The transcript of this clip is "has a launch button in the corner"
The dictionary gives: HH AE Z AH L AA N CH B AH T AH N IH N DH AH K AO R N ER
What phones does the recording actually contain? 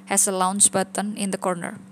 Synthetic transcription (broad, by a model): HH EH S AH L AA N S B AH T AH N IH N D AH K AO R N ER